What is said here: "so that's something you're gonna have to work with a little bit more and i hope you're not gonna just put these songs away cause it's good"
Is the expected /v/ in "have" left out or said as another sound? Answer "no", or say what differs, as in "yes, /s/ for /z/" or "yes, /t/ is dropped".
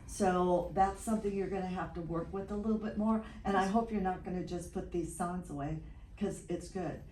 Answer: yes, /f/ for /v/